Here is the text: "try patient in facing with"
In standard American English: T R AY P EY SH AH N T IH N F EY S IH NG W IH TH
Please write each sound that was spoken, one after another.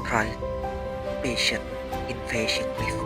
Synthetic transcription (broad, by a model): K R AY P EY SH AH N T IH N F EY SH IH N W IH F